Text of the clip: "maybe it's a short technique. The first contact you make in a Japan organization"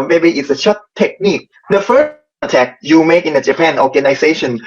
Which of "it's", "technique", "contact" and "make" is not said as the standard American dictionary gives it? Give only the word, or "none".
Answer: contact